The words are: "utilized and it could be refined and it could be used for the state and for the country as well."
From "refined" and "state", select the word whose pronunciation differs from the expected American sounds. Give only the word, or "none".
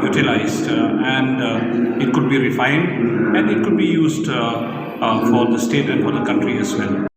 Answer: none